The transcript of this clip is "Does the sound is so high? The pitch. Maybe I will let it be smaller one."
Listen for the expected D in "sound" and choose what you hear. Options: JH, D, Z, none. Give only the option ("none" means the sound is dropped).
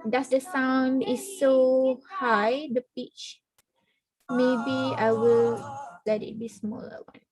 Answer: D